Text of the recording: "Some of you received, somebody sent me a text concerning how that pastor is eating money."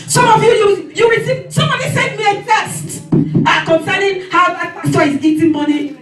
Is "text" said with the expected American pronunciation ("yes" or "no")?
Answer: no